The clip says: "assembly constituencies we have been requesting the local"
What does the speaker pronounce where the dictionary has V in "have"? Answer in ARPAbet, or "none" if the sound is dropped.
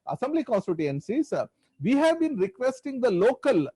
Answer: V